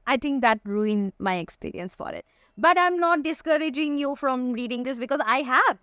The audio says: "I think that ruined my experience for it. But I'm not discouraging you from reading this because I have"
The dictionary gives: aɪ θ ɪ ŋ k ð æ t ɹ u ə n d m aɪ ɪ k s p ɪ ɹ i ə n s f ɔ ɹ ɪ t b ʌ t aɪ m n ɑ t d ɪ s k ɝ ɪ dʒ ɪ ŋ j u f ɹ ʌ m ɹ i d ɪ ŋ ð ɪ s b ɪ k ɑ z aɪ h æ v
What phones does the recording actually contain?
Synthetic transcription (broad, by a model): aɪ t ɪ ŋ k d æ t ɹ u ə n m aɪ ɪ k s p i ɹ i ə n s f ɔ ɹ ɪ t b ʌ t aɪ m n ɑ t d ɪ s k ɝ ɪ dʒ ɪ ŋ j u f ɹ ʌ m ɹ i d ɪ ŋ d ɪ s b ɪ k ɑ z aɪ h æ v